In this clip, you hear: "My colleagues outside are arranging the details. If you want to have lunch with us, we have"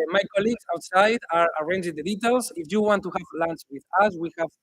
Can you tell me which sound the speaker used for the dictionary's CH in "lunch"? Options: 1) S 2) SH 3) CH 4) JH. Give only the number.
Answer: 1